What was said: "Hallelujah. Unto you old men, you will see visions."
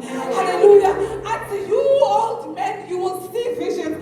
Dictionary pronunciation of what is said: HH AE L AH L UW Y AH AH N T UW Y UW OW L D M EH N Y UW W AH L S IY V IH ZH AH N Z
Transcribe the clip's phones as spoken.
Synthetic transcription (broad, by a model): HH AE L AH L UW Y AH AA T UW Y UW OW L D M EH N Y UW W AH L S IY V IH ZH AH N